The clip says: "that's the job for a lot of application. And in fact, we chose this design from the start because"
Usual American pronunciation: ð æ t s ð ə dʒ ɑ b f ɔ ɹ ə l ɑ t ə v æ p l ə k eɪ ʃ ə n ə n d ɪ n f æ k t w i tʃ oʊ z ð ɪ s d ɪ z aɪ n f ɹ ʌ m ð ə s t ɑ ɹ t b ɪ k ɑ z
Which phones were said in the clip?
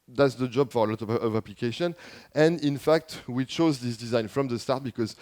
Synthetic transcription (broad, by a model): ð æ t s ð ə dʒ ɑ b f ɔ ɹ ə l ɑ t ə v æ p l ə k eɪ ʃ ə n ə n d ɪ n f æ k t w i tʃ oʊ z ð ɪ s d ɪ z aɪ n f ɹ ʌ m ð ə s t ɑ ɹ t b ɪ k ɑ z